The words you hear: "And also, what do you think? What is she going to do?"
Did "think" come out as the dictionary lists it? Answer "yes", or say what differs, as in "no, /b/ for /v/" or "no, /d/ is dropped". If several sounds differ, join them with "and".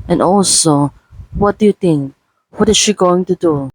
no, /t/ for /θ/